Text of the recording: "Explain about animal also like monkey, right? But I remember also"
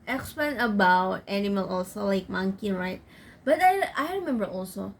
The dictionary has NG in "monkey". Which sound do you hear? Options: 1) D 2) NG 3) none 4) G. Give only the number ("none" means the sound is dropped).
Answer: 2